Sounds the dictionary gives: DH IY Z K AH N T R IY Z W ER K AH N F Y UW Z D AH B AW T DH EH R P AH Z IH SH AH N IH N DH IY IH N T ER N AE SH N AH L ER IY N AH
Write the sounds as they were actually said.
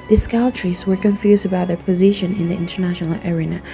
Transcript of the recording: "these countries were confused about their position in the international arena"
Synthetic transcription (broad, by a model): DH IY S K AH L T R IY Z W ER K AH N F Y UW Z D AH B AW T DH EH R P AH Z IH SH AH N IH N DH IY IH N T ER N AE SH N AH L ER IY N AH